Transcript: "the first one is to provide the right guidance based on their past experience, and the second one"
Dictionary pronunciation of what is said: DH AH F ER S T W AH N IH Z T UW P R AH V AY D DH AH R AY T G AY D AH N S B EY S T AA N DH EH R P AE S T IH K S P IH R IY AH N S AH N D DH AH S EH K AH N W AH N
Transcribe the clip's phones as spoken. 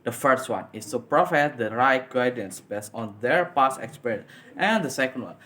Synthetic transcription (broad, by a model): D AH F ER S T W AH N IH S T UW P R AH F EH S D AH R AY T G AY D AH N S B EY S T AA N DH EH R P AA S IH K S P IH R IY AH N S AH N D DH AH S EH K AH N W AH N